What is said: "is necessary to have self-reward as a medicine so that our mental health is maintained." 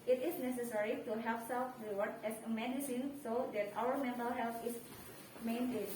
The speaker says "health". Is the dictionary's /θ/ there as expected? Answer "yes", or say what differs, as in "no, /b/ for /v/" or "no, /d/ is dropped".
no, /t/ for /θ/